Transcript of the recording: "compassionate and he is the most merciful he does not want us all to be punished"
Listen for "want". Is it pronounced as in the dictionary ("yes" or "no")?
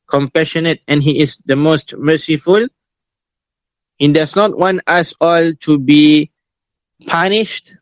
yes